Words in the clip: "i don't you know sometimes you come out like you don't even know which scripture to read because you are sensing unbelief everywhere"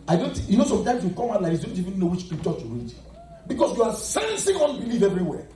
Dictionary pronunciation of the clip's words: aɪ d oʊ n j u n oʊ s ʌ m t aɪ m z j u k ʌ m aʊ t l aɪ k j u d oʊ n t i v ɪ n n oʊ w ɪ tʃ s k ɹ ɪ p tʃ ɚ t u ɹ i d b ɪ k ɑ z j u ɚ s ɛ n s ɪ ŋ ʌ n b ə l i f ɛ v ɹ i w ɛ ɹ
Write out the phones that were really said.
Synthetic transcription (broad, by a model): aɪ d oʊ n j u n oʊ s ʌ m t aɪ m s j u k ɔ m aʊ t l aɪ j d oʊ n t i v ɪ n n oʊ w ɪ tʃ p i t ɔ tʃ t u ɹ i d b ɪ k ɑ s j u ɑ s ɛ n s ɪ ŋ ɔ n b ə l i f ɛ v ɹ i w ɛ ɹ